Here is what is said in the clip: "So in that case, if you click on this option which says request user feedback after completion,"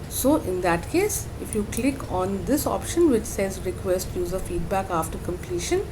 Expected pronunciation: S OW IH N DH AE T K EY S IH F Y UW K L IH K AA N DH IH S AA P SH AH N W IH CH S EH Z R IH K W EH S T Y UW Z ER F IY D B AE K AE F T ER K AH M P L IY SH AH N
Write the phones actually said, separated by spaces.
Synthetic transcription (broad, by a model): S OW IH N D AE T K EY S IH F Y UW K L IH K AA N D IH S AA P SH AH N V IH CH S EH Z R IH K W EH S T Y UW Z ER F IY D B AE K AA F T ER K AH M P L IY SH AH N